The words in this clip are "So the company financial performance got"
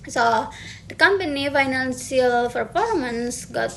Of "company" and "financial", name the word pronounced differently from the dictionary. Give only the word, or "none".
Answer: financial